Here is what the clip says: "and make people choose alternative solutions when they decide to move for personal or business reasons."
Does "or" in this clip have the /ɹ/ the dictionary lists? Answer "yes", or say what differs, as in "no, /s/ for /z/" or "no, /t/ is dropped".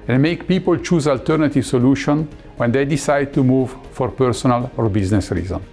yes